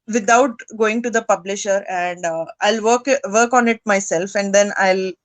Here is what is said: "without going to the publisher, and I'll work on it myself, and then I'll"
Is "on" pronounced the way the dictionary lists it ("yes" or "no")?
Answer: yes